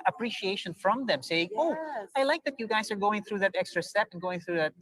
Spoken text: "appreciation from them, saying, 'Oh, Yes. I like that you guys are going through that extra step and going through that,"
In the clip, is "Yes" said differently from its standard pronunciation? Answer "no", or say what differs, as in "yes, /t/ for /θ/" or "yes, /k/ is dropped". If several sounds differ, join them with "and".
yes, /s/ is dropped